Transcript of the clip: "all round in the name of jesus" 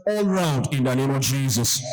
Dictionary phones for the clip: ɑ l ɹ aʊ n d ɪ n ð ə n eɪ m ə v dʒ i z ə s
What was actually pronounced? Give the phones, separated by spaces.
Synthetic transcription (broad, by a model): ɑ l ɹ aʊ n d ɪ n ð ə n eɪ m ə v dʒ i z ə s